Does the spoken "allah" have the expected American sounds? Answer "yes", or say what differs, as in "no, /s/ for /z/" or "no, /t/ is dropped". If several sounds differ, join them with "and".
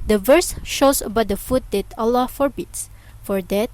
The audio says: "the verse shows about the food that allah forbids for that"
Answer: yes